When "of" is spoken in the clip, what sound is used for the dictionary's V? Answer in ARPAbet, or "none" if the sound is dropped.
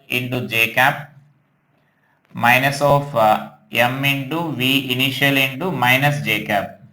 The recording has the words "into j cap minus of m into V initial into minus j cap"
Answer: P